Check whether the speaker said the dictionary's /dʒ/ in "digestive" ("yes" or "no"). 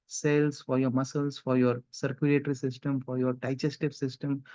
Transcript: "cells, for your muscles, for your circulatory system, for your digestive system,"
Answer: no